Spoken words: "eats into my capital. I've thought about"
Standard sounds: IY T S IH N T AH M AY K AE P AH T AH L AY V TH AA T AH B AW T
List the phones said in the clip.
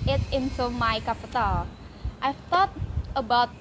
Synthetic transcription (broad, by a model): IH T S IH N S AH M AY K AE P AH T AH L AY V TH AA T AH B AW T